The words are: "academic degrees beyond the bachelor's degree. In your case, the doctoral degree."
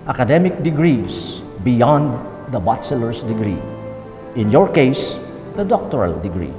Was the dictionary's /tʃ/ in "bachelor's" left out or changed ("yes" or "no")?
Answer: yes